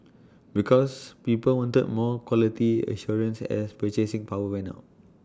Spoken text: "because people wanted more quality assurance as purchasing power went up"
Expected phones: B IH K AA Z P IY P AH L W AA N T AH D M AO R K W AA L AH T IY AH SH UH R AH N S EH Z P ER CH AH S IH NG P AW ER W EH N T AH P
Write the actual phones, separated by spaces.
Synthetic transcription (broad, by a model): B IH K AA S P IY P AH L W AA N T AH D M AO K W AA L AH T IY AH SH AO R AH N S EH S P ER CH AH S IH NG P AW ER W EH N AA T